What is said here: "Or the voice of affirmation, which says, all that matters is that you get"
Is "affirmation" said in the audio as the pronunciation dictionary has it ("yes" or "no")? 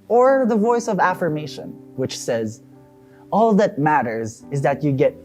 yes